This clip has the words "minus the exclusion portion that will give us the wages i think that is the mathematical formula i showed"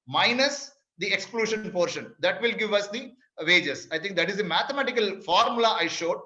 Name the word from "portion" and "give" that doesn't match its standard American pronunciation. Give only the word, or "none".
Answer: none